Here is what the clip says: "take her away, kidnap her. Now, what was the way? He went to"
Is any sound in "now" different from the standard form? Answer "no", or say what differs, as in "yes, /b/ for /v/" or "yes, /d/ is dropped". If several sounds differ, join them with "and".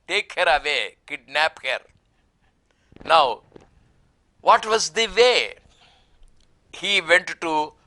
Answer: no